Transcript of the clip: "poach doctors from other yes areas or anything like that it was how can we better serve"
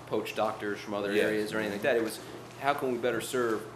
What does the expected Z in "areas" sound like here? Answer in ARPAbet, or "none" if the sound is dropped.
Z